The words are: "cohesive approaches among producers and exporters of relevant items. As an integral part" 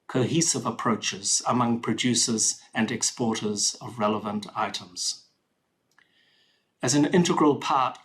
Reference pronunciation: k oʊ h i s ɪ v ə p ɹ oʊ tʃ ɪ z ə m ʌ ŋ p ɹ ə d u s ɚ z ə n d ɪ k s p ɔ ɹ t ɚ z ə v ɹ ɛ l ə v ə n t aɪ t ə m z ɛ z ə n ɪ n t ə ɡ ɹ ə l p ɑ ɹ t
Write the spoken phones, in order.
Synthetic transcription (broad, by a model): k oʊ h i s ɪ v ə p ɹ oʊ tʃ ɪ z ə m ʌ ŋ p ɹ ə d u s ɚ z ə n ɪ k s p ɔ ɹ t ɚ z ə v ɹ ɛ l ə v ə n t aɪ t ə m z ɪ z ə n ɪ n t ə ɡ ɹ ə l p ɑ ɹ t